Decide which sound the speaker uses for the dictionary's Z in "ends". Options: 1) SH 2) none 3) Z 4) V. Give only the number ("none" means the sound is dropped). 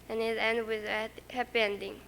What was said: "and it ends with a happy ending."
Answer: 2